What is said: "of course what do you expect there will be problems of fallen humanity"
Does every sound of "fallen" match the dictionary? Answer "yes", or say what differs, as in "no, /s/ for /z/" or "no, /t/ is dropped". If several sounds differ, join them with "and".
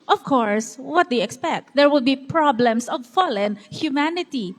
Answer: yes